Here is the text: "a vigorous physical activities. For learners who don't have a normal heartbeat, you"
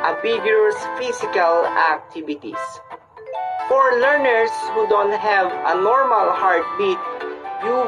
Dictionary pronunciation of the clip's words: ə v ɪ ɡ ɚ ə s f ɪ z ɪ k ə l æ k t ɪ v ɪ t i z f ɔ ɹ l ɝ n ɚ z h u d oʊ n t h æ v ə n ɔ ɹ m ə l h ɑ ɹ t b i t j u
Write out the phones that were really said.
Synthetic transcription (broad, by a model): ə b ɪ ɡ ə s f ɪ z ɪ k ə l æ k t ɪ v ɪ t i s f ɔ ɹ l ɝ n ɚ s h u d oʊ n t h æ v ə n ɔ ɹ m ə l h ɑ ɹ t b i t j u